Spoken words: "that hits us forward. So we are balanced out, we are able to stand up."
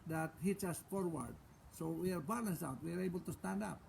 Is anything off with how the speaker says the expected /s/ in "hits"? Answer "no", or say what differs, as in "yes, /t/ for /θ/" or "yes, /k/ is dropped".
yes, /s/ is dropped